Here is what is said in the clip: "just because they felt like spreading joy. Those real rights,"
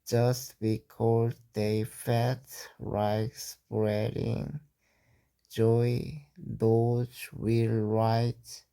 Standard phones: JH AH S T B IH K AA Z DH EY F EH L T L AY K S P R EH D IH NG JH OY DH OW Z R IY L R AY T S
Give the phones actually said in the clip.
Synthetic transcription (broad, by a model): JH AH S T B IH K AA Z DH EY F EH T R AY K S P R EH D IH NG JH OY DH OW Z W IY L R AY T